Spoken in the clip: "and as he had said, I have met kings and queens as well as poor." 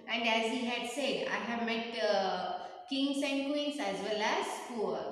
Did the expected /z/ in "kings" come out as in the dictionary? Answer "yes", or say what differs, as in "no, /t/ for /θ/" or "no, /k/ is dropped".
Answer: no, /s/ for /z/